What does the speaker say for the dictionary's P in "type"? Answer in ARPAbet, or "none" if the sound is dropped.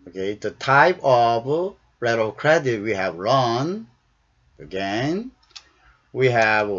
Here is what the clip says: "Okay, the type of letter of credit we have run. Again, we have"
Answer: P